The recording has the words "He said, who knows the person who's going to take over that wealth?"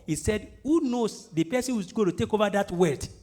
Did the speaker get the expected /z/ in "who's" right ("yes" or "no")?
no